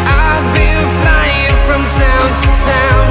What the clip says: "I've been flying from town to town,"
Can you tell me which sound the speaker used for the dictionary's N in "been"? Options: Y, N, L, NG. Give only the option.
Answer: L